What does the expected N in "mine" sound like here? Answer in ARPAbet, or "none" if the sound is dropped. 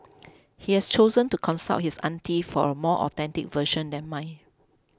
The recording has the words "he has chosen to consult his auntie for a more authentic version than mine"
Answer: none